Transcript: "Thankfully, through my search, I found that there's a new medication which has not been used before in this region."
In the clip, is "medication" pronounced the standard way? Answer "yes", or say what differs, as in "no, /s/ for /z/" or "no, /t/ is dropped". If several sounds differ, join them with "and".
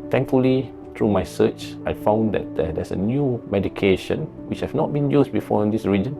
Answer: yes